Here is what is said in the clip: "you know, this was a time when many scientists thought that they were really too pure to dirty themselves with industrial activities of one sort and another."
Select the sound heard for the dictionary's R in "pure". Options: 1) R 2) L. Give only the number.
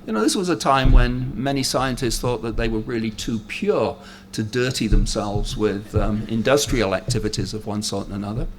1